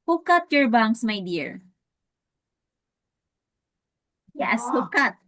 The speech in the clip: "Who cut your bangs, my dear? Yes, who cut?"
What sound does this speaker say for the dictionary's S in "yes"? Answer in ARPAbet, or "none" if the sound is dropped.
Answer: S